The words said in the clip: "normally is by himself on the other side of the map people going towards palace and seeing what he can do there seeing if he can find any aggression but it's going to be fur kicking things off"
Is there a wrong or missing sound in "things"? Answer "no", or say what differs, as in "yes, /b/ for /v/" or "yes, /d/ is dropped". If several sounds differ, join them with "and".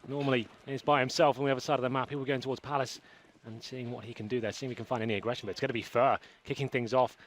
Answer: no